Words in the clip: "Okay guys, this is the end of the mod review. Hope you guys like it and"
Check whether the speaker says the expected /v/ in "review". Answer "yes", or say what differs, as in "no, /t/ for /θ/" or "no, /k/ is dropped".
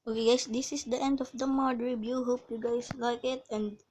no, /b/ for /v/